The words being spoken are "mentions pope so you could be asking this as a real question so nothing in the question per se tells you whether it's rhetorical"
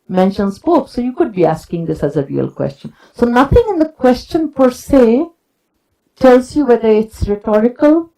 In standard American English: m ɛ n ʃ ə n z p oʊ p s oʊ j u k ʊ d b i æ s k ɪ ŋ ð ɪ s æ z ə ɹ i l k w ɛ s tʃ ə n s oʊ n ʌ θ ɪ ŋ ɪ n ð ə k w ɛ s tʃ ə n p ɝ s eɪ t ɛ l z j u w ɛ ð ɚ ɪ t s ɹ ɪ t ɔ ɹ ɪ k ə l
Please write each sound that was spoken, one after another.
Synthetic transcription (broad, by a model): m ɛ n ʃ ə n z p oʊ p s oʊ j u k ʊ d b i æ s k ɪ ŋ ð ɪ s æ z ə ɹ i l k w ɛ s tʃ ə n s oʊ n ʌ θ ɪ ŋ ɪ n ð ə k w ɛ s tʃ ə n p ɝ s eɪ t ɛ l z j u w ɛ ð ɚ ɪ t s ɹ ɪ t ɔ ɹ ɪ k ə l